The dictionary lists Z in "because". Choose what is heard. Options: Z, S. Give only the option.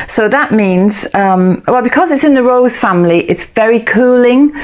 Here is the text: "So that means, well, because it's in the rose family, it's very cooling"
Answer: Z